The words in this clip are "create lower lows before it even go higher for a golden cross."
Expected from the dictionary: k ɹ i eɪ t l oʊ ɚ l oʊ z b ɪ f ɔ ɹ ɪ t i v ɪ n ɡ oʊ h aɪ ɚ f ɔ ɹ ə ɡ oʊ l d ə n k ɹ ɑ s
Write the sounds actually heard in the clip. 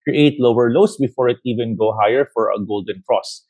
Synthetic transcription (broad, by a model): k ɹ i eɪ t l oʊ ɚ l oʊ s b ɪ f ɔ ɹ ɪ t i v ɪ n ɡ oʊ h aɪ ɚ f ɔ ɹ ə ɡ oʊ l d ə n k ɹ ɑ s